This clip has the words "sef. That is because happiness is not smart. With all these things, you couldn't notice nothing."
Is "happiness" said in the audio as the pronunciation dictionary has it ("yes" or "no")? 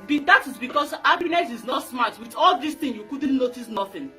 no